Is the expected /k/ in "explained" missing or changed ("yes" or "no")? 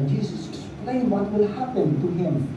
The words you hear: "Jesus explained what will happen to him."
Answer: yes